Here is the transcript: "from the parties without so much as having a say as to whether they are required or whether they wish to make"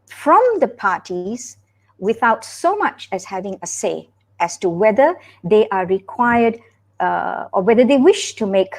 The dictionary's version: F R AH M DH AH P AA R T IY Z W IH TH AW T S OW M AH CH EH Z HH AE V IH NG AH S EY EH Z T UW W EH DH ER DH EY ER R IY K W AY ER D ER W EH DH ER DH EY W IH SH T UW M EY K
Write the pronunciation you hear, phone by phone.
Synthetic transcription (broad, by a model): F R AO M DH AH P AA T IY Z W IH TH AW T S OW M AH CH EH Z HH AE V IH NG AH S EY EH S T UW W EH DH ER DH EY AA R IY K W AY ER D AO W EH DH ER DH EY W IH SH T UW M EY K